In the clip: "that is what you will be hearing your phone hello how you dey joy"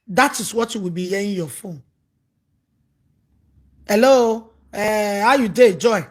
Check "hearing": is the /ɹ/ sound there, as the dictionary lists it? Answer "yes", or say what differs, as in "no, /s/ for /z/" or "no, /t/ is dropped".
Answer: no, /ɹ/ is dropped